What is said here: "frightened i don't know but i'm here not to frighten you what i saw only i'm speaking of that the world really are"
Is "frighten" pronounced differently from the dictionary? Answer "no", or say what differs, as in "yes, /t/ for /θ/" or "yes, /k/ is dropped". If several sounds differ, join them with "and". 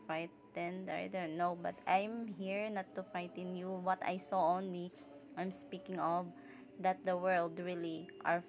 yes, /ɹ/ is dropped